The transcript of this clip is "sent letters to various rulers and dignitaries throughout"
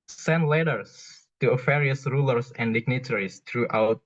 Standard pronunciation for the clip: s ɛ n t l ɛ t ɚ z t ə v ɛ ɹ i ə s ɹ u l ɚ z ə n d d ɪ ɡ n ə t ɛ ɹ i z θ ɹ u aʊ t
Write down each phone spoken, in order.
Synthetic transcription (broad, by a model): s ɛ n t l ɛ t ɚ s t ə f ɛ ɹ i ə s ɹ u l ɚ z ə n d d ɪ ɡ n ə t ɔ ɹ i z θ ɹ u aʊ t